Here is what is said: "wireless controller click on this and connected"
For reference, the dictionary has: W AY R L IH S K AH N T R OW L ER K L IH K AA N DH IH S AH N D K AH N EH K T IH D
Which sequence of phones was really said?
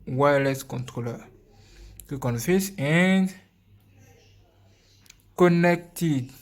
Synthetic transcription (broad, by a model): W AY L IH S K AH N T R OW L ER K IH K AA N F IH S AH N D K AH N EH K T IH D